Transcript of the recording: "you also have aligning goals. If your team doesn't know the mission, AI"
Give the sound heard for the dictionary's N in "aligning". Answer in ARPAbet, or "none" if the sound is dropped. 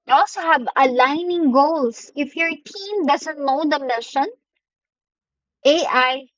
N